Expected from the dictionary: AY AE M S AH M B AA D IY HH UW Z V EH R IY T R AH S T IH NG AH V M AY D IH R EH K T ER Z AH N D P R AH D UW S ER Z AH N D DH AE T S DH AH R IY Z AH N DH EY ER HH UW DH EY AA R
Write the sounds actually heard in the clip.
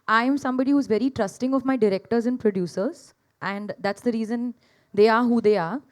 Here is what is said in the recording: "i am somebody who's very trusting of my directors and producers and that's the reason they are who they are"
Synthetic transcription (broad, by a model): AY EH M S AH M B AA D IY HH UW Z V EH R IY T R AH S T IH NG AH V M AY D IH R EH K T ER Z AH N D P R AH D UW S ER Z AH N D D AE T S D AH R IY Z AH N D EY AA HH UW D EY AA R